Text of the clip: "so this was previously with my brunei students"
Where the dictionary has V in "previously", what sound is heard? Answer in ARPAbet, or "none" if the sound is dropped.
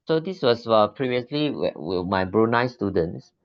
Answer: V